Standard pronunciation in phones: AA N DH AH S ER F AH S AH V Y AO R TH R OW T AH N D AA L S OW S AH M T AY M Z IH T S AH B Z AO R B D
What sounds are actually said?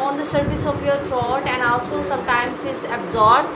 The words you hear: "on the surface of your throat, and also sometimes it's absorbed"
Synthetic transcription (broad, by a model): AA N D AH S ER F AH S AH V Y AO R T R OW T AH N D AA L S OW S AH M T AY M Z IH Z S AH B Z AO R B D